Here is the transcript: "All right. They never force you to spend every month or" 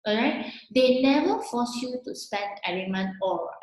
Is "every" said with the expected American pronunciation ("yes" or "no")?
no